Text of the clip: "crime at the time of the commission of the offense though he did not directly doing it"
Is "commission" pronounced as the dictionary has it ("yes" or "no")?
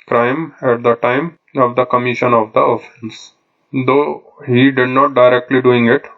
yes